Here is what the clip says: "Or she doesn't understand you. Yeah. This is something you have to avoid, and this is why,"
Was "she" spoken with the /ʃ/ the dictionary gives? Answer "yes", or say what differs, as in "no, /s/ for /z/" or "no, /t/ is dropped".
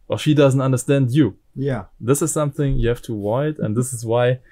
yes